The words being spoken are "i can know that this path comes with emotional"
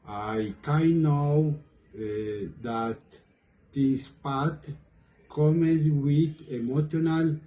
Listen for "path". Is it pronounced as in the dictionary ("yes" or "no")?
no